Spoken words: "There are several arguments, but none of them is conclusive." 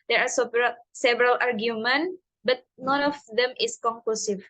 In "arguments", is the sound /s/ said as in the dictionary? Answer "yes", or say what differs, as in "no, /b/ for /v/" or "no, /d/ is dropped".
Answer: no, /s/ is dropped